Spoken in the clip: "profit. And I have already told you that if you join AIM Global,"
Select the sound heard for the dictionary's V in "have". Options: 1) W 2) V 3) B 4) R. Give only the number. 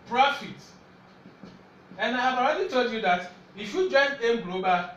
3